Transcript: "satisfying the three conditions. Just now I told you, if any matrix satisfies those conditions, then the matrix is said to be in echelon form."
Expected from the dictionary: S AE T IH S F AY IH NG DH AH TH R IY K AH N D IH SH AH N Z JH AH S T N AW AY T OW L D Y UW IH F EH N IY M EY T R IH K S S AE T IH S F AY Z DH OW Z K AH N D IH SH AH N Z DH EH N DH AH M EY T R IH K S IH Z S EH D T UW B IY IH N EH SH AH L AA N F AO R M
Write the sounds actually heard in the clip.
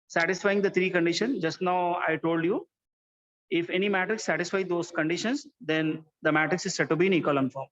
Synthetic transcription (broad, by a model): S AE T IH S F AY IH NG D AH T R IY K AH N D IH SH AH N JH AH S T N AW AY T OW L D Y UW IH F EH N IY M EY T R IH K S S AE T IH S F AY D OW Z K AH N D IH SH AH N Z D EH N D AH M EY T R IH K S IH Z S EH D T UW B IY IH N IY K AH L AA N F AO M